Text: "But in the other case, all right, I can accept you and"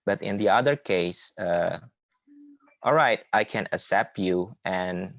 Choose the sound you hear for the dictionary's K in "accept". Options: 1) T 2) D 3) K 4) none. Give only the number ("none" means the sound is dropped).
4